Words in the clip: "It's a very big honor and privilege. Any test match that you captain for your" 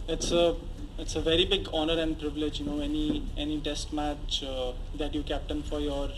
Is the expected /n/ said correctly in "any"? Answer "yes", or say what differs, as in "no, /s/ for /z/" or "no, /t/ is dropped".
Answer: yes